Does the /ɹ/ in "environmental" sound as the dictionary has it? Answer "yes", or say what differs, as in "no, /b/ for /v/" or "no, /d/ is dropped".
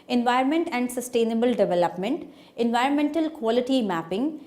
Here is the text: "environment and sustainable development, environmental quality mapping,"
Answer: yes